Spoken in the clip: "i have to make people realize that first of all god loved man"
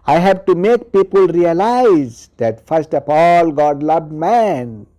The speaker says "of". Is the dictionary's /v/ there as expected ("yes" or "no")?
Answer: no